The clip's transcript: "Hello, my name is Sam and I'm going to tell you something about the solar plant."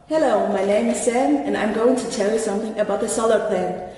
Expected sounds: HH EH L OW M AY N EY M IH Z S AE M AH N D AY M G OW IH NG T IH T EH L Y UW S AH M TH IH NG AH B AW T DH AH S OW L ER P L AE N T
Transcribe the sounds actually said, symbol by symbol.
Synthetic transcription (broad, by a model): HH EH L OW M AY N EY M IH Z S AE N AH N AY M G OW IH NG T IH T EH L Y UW S AH M TH IH NG AH B AW T DH AH S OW L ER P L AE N